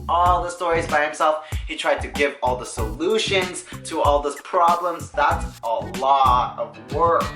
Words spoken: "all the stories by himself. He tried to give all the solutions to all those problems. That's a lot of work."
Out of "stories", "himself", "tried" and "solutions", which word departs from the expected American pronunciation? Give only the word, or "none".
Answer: none